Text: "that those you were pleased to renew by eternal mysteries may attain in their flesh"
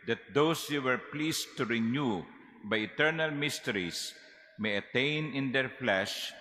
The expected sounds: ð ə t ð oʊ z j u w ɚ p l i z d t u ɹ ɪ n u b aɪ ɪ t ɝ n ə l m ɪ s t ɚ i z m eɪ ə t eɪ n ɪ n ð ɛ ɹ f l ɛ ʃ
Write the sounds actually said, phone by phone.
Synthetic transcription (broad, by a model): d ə t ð oʊ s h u w ɚ p l i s t u ɹ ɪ n u b aɪ ɪ t ɝ n ə l m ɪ s t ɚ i s m eɪ ə t eɪ n ɪ n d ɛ ɹ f l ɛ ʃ